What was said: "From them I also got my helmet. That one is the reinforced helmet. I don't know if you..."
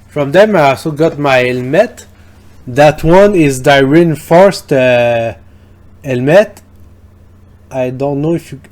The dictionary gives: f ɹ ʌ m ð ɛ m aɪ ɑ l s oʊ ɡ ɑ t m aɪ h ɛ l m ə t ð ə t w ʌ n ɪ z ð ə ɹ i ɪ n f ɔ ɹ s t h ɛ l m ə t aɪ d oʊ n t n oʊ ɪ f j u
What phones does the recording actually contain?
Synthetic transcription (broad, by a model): f ɹ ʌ m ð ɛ m aɪ ɑ l s oʊ ɡ ɑ t m aɪ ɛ l m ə t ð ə t w ʌ n ɪ z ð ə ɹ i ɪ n f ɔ ɹ s t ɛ l m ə t aɪ d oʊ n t n oʊ ɪ f j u